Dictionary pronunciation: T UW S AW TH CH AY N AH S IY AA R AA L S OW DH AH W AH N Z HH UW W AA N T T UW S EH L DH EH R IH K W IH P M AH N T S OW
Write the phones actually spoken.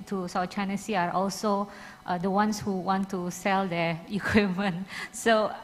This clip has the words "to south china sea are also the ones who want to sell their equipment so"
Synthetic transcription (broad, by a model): T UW S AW T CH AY N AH S IY AA R AA L S OW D AH W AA N S HH UW W AA N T T UW S EH L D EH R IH K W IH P M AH N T S OW